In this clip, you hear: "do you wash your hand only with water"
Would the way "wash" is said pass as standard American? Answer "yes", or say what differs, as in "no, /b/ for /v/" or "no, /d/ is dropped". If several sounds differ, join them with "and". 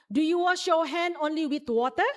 yes